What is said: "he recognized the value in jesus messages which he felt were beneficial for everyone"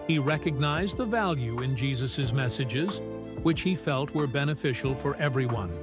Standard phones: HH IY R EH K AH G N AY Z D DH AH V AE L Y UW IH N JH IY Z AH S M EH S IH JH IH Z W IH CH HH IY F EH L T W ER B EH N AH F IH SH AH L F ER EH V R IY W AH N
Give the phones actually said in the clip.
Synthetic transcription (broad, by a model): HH IY R EH K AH G N AY Z DH AH V AE L Y UW IH N JH IY Z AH S M EH S IH JH IH Z W IH CH HH IY F EH L T W ER B EH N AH F IH SH L F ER EH V R IY W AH N